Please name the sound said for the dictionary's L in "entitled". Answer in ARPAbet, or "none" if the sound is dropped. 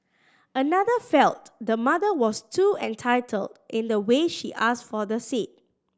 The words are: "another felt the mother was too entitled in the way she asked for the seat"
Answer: L